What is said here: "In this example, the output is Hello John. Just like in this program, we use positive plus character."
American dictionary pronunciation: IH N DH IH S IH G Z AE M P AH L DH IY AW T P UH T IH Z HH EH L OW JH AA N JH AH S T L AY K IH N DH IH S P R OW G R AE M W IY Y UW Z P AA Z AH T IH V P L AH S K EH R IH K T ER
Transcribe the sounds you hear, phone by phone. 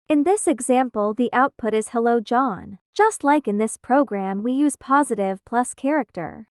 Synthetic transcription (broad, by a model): IH N DH IH S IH G Z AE M P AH L DH IY AW T P UH T IH Z HH EH L OW JH AA N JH AH S T L AY K IH N DH IH S P R OW G R AE M W IY Y UW Z P AA Z AH T IH V P L AH S K EH R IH K T ER